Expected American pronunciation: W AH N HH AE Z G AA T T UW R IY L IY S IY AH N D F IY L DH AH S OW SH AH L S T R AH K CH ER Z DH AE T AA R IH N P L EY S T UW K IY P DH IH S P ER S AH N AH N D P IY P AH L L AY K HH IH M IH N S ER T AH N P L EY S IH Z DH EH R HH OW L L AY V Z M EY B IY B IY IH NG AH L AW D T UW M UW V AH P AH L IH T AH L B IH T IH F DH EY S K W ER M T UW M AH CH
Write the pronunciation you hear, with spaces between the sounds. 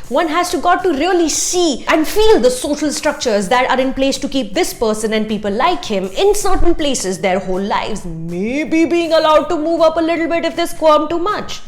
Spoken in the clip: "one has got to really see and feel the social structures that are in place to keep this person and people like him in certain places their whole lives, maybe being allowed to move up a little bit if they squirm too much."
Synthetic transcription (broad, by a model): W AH N HH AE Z G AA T T UW R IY L IY S IY AH N D F IY L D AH S OW SH AH L S T R AH K CH ER Z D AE T AA R IH N P L EY S T UW K IY P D IH S P ER S AH N AH N D P IY P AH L L AY K HH IH M IH N S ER T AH N P L EY S IH Z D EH R HH OW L L AY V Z M EY B IY B IY IH NG AH L AW D T UW M UW V AH P AH L IH T L B IH T IH F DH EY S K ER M T UW M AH CH